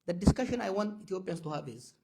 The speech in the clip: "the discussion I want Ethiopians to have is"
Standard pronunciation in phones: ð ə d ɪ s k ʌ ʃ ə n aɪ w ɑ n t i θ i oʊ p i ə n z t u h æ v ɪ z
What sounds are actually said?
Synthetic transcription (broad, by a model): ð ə d ɪ s k ʌ ʃ ə n aɪ w ɑ n t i t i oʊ p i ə n s t u h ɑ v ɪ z